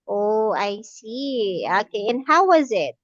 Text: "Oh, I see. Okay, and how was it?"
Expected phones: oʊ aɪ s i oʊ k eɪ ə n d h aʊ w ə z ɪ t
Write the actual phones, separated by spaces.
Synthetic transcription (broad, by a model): oʊ aɪ s i oʊ k eɪ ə n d h aʊ w ə z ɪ t